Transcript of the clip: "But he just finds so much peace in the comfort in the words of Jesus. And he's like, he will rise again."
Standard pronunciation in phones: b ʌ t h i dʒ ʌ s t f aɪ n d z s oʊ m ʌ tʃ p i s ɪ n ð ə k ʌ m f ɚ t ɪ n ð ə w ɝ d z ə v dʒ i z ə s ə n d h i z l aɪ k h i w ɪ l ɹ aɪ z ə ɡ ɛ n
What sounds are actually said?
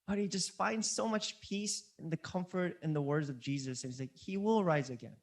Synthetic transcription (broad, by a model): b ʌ t h i dʒ ʌ s t f aɪ n d z s oʊ m ʌ tʃ p i s ɪ n ð ə k ʌ m f ɚ t ɪ n ð ə w ɝ d z ə v dʒ i z ə s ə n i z l aɪ k h i w ɪ l ɹ aɪ z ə ɡ ɛ n